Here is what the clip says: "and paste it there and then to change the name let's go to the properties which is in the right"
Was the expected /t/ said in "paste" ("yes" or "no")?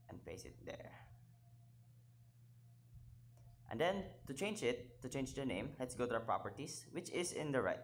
no